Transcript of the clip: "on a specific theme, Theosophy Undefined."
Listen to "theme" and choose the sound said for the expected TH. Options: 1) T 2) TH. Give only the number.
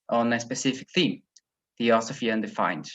2